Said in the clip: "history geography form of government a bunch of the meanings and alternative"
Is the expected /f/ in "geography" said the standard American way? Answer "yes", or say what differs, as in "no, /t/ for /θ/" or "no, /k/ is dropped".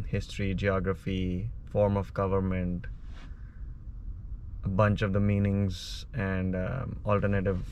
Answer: yes